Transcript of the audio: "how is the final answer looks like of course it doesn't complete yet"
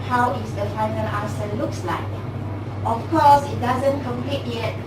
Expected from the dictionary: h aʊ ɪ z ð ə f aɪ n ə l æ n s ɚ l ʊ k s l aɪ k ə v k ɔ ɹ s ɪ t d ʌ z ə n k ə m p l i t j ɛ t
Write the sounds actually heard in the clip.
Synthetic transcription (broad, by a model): h aʊ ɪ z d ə f aɪ n ə l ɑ s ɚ l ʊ k s l aɪ k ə f k ɔ s ɪ t d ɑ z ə n k ə m p l i t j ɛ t